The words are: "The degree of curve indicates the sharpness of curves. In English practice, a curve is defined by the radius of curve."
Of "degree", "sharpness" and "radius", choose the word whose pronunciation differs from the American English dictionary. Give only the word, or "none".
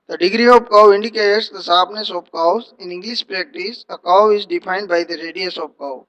sharpness